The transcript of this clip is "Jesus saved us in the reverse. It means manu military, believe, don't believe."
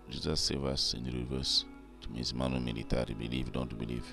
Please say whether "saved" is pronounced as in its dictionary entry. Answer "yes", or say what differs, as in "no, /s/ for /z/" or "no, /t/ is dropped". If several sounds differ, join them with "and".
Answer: no, /d/ is dropped